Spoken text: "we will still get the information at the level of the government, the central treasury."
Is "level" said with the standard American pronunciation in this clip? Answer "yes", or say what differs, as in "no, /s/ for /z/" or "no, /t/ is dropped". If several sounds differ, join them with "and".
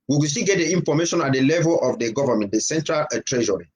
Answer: yes